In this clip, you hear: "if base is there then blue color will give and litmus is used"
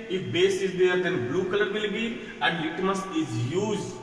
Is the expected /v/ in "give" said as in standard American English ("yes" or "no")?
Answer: no